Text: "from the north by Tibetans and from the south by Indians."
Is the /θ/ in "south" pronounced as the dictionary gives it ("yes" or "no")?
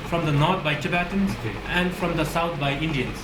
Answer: no